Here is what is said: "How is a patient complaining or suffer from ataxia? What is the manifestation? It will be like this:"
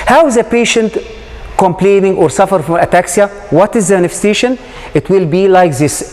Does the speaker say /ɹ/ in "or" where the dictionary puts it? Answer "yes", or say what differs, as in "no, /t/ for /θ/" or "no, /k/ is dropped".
yes